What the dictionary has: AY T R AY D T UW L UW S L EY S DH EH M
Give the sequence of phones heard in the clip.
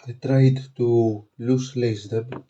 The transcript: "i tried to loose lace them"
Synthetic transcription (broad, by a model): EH T R AY D T UW L UW S L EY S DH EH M